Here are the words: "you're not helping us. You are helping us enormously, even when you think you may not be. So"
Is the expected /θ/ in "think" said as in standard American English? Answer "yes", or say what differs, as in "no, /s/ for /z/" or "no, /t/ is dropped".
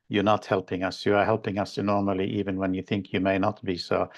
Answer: yes